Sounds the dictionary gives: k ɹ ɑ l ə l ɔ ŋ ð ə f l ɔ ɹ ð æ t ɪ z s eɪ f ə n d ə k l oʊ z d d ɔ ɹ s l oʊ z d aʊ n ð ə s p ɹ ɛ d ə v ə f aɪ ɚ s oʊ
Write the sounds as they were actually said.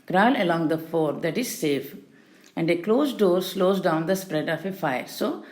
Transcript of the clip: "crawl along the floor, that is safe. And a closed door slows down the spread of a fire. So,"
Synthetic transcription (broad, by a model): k ɹ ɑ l ə l ɔ ŋ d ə f ɔ ɹ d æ t ɪ z s eɪ f ə n d ə k l oʊ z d d ɔ ɹ s l oʊ z d aʊ n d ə s p ɹ ɛ d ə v ə f aɪ ɚ s oʊ